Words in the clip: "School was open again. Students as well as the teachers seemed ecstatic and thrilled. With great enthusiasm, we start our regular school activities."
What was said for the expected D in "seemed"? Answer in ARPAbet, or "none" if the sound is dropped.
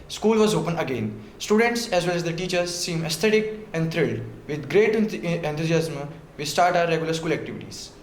none